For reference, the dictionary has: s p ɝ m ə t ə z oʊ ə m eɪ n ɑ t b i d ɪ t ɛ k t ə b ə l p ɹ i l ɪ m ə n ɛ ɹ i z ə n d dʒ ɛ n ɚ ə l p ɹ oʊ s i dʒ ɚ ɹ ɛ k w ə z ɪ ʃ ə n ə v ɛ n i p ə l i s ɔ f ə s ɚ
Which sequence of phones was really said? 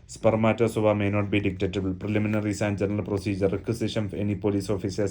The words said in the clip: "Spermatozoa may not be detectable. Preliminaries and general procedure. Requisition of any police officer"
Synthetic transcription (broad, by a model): s p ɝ m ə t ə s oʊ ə m eɪ n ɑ t b i d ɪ t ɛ t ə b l p ɹ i l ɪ m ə n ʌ ɹ i s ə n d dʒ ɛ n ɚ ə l p ɹ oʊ s i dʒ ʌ ɹ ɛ k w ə s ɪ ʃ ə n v ɛ n i p ə l i s ɔ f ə s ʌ